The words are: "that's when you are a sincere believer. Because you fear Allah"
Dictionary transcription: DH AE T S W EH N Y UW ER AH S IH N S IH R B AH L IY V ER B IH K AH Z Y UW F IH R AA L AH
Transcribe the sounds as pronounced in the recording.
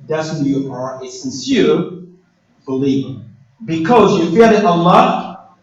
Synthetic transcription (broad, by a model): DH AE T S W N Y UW ER AH S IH N S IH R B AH L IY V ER B IH K AH Z Y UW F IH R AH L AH